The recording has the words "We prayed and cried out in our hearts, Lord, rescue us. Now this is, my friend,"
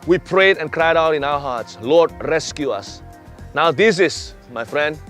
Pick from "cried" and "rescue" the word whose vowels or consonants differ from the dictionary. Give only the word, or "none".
none